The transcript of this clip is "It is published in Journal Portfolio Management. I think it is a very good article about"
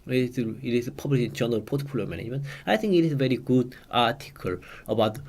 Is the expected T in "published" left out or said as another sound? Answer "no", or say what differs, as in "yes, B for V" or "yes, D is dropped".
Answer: yes, T is dropped